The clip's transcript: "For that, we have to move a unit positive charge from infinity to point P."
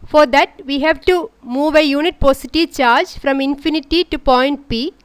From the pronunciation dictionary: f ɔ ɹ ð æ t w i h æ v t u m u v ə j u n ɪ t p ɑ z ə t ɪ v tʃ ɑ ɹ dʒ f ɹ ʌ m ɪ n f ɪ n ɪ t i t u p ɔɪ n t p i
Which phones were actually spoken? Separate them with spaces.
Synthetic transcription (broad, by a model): f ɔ ɹ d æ t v i h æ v t u m u v ə j u n ɪ t p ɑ s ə t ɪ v tʃ ɑ ɹ dʒ f ɹ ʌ m ɪ n f ɪ n ɪ t i t u p ɔɪ n t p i